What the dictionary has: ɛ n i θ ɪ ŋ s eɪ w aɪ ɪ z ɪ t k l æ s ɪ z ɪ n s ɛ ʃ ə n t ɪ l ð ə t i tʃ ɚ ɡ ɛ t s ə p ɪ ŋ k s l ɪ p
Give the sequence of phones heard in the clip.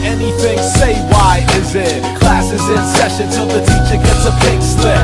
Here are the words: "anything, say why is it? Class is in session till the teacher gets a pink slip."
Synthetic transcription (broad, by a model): ɛ n i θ ɪ ŋ s eɪ w aɪ ɪ z ɪ t k l æ s ɪ z ɪ n s ɛ ʃ ə n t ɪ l ð ə t i tʃ ɚ ɡ ɛ t s ə b ɪ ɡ s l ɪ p